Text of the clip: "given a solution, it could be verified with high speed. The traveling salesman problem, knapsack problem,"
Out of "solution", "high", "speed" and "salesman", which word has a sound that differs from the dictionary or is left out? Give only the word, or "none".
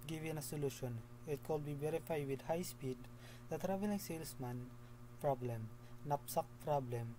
salesman